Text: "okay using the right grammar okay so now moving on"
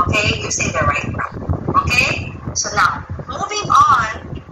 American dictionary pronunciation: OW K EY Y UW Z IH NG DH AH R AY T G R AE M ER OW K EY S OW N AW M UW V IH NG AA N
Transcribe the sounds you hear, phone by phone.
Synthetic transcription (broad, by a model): OW K EY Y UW S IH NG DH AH R AY T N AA OW K EY S OW N AW M UW V IH NG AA N